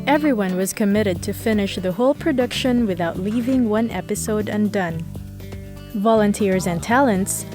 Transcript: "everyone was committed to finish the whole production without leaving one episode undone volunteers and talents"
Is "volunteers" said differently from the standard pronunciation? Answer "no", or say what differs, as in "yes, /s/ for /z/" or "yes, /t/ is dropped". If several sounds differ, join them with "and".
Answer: no